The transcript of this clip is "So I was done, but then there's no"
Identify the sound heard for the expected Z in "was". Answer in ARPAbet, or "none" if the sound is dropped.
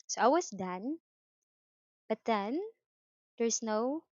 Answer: S